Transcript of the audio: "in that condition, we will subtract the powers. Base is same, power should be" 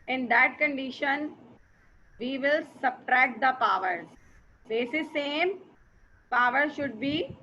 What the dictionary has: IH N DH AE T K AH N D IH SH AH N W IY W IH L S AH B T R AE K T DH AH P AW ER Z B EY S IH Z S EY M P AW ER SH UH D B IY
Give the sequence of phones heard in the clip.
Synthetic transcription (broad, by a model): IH N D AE T K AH N D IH SH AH N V IY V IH L S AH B T R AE K T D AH P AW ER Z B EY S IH S EY M P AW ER SH UH D B IY